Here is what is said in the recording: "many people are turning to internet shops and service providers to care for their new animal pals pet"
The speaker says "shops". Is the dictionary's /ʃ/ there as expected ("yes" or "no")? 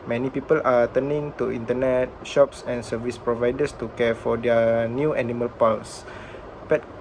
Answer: yes